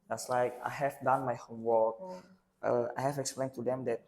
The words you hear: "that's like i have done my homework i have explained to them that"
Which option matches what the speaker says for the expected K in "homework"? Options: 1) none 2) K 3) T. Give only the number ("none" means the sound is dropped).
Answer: 1